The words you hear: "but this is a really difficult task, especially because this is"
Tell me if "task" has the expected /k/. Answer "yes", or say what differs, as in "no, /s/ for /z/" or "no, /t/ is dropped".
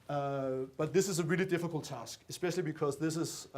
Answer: yes